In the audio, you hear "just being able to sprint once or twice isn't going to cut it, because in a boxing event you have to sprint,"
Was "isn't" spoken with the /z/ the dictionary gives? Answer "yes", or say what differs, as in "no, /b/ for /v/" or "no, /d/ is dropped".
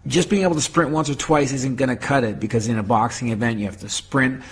yes